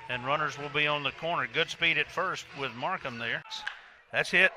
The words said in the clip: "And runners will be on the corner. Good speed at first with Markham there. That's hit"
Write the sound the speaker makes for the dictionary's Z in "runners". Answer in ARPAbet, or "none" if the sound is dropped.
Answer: Z